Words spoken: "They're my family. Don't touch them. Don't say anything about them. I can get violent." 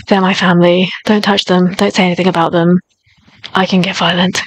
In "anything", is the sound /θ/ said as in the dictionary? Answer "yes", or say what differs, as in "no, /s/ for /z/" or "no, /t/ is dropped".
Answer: yes